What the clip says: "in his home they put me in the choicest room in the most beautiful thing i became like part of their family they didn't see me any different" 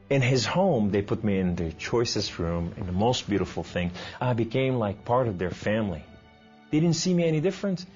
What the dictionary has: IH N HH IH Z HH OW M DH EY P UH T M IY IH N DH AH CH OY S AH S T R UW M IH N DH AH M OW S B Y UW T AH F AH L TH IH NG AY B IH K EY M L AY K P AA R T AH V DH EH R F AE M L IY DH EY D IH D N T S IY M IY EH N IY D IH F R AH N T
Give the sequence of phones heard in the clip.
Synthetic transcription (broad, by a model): IH N IH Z HH OW M DH EY P UH T M IY IH N DH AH CH OY S AH S T R UW M IH N DH AH M OW S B Y UW T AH F L TH IH NG AY B IH K EY M L AY K P AA R T AH V DH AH R F AE M L IY DH EY D IH D N T S IY M IY EH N IY D IH F R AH N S